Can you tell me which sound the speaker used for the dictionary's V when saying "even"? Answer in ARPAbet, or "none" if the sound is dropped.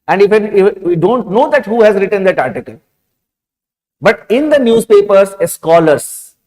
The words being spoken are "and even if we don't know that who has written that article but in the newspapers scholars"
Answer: F